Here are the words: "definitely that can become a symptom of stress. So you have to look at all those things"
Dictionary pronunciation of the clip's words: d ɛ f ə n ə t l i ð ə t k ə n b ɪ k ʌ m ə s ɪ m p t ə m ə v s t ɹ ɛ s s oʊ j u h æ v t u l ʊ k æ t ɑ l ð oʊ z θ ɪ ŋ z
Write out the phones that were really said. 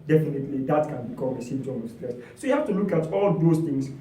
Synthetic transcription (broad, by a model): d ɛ f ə n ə t l i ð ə t k ə n b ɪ k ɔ m ə s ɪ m t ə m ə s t l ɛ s s oʊ j u h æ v t u l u k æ t ɑ l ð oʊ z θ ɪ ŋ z